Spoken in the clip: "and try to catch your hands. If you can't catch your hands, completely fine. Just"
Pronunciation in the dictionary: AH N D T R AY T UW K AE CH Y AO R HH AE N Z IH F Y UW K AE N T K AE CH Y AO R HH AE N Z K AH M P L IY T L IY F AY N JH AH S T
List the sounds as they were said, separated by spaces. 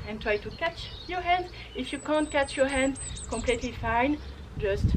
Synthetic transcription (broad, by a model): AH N T R AY T UW K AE CH Y AO R HH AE N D IH F Y UW K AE N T K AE CH Y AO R HH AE N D K AH M P L IY T L IY F AY N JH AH S T